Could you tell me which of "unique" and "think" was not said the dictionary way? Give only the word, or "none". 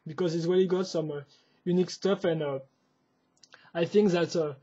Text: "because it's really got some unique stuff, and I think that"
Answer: none